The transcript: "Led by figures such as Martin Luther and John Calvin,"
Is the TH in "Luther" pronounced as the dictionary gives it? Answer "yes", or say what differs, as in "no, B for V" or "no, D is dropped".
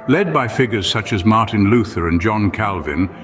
yes